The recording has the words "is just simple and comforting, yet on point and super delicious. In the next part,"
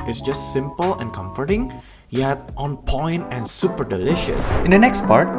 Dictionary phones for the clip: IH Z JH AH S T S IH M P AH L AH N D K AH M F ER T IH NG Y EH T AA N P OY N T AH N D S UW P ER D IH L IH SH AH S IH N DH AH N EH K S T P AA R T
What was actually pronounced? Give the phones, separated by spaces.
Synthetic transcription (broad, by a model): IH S JH AH S T S IH M P AH L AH N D K AH M F ER T IH NG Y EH T AA N P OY N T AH N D S UW P ER D IH L IH SH AH S IH N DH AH N EH K S T P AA R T